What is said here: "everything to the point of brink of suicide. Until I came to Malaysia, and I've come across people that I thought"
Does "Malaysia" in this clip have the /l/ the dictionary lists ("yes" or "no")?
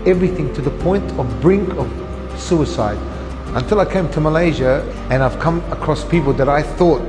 yes